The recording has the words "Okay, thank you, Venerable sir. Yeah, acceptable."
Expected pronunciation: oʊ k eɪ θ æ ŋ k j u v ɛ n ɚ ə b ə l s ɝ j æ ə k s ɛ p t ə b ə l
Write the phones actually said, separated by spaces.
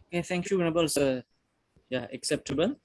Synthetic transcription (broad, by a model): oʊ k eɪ t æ ŋ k j u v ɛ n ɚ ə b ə l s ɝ j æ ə k s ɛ p t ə b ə l